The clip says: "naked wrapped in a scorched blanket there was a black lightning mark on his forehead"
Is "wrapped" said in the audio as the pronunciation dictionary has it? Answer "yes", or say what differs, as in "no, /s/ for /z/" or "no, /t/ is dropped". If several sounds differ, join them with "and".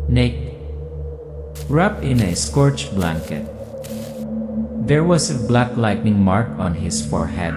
no, /t/ is dropped